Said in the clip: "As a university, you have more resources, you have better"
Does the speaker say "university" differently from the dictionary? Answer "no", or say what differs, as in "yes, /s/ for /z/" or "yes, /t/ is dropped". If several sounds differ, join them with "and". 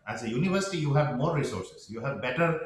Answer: no